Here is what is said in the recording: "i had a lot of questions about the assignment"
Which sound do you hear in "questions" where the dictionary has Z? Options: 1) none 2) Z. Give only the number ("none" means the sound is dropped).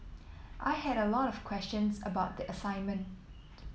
2